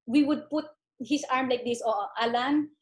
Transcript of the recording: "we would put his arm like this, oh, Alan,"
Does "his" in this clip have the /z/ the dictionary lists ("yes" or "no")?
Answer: no